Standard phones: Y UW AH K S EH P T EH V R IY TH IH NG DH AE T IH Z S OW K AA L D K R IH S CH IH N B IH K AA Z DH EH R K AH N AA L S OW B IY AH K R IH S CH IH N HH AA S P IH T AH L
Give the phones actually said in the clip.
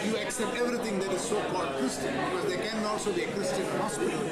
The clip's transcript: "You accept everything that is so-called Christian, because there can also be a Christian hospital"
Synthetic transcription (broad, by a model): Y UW AH K S EH P T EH V R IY T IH NG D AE T IH Z S OW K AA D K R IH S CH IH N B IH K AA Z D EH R K AH N AA L S OW B IY AH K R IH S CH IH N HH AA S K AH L